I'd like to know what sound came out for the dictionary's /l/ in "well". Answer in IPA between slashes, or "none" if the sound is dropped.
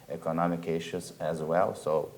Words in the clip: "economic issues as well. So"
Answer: /l/